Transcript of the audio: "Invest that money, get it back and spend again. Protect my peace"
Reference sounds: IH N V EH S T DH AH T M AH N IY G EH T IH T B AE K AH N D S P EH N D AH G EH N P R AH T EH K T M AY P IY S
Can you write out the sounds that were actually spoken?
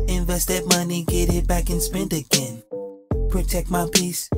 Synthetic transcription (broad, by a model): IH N V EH S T DH AH T M AH N IY G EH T IH T B AE K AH N S P EH N D AH G EH N P R AH T EH K T M AY P IY S